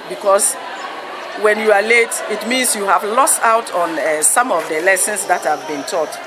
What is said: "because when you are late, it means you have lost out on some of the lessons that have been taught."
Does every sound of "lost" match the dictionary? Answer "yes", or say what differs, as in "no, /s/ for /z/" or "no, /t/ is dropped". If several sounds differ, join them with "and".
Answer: yes